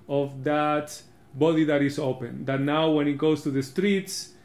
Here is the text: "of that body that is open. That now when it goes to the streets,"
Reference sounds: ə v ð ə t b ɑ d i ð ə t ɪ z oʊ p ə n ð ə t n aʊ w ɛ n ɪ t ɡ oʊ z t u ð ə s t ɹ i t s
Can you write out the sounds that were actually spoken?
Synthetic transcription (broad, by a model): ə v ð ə t b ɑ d i ð ə t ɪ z oʊ p ə n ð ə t n aʊ w ɛ n ɪ t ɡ oʊ s t u ð ə s t ɹ i t s